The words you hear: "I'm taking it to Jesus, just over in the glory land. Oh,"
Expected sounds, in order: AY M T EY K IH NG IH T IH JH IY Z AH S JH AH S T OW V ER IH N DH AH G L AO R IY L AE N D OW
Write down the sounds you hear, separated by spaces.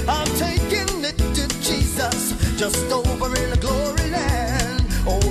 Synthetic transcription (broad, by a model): AY M T EY K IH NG IH T IH JH IY Z AH S JH AH S T OW V ER IH N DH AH G L AO R IY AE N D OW